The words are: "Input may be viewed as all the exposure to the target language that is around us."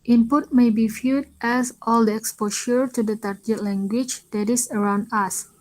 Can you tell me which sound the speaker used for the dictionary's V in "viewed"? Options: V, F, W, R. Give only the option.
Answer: F